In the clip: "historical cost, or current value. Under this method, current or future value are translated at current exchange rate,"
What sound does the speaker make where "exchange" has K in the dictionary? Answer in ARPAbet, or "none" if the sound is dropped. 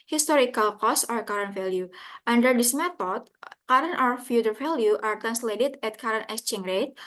none